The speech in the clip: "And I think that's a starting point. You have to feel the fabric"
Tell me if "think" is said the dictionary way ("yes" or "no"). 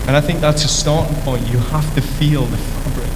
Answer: yes